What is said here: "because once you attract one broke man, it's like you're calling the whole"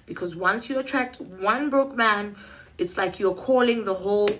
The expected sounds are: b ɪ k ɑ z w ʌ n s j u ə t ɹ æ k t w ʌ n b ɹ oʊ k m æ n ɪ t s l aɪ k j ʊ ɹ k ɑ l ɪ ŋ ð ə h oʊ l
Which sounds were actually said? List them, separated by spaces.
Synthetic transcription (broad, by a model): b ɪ k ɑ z w ʌ n s j u ə t ɹ æ k t w ʌ n b ɹ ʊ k m æ n ɪ t s l aɪ k j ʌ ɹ k ɑ l ɪ ŋ ð ə h oʊ l